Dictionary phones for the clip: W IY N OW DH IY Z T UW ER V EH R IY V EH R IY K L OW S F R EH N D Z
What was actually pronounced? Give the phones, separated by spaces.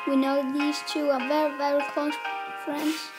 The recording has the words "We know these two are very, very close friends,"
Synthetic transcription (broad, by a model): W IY N OW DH IY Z T UW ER V EH R IY V EH R IY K OW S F R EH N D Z